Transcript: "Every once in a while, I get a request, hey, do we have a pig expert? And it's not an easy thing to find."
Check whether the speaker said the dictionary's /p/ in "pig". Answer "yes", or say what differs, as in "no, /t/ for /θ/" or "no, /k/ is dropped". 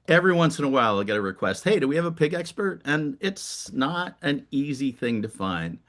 yes